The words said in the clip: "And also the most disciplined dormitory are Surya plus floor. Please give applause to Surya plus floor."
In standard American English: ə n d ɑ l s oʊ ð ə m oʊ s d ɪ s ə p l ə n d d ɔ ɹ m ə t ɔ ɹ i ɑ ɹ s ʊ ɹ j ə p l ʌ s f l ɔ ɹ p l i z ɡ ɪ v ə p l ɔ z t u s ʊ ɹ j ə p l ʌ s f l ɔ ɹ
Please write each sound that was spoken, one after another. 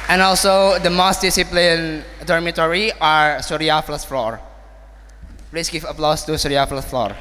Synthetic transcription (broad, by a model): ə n ɑ l s oʊ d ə m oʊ s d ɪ s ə p l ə n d d ɔ ɹ m ə t ɔ ɹ i ɑ ɹ s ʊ ɹ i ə f l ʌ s f l ɔ ɹ p l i s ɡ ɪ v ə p l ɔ s t u s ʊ ɹ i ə f l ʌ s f l ɔ ɹ